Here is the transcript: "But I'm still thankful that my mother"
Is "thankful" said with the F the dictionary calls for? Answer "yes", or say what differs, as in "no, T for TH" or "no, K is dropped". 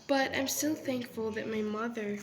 yes